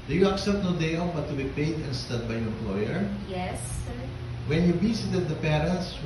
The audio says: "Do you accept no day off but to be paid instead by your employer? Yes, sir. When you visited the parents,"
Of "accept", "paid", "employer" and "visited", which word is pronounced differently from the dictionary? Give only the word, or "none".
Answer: visited